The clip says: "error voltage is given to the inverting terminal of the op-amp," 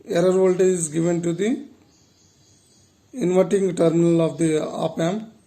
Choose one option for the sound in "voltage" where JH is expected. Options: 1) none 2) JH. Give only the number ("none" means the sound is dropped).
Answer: 1